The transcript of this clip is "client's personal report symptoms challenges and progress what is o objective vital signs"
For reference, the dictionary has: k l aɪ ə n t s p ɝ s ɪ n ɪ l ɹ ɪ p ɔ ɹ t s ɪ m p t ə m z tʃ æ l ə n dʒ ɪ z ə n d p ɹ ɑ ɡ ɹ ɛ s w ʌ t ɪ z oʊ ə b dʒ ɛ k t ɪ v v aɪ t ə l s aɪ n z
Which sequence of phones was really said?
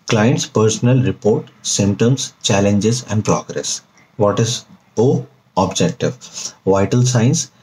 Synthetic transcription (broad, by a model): k l aɪ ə n t s p ɝ s ɪ n ɪ l ɹ ɪ p ɔ ɹ t s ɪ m t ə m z tʃ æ l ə n dʒ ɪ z ə n d p ɹ ɑ ɡ ɹ ɛ s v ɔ t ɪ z oʊ ə b dʒ ɛ k t ɪ v v aɪ t ə l s aɪ n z